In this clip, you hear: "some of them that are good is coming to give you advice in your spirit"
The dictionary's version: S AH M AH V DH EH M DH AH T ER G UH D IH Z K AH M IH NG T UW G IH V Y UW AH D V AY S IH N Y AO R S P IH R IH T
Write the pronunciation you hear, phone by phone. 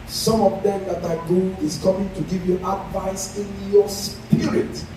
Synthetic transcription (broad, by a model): S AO M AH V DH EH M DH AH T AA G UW IH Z K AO M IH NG T UW G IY V Y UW AH D V AY S IH N Y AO S P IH R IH T